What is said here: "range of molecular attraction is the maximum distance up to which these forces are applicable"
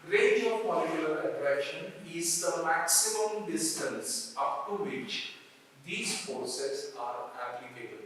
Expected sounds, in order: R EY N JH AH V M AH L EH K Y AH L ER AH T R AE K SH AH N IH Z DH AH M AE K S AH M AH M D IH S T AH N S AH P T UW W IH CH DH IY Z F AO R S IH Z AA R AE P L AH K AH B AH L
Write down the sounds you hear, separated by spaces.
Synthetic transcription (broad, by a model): R EY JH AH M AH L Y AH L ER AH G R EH SH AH N IH Z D AH M AE K S AH M AH M D IH S T AH N S AH P T UW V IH CH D IY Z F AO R S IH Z AA R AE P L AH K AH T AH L